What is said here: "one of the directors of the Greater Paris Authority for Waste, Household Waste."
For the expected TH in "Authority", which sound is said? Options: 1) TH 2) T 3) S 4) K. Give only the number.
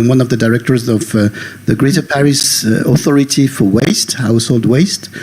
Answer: 1